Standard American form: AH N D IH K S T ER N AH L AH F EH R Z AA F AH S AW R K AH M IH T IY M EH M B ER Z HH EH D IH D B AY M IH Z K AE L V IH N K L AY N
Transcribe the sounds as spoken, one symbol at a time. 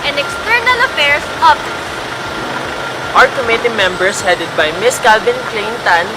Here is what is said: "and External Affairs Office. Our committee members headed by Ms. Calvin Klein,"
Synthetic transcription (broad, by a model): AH N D IH K S T ER N AH L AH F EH R S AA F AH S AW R K AH M IH T IY M EH M B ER S HH EH D IH D B AY M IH S K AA L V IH N K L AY N